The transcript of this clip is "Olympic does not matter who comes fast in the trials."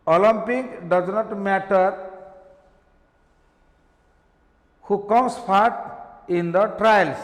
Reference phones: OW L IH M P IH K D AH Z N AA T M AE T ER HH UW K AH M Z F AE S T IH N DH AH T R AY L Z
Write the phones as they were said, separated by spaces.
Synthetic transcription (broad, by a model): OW L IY M P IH K D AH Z N AA T M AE T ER HH UW K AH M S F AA T IH N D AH T R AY L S